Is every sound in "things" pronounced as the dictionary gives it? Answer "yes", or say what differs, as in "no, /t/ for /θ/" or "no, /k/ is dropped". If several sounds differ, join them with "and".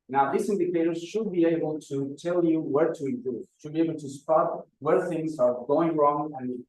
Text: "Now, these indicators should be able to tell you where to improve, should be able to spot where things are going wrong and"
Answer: yes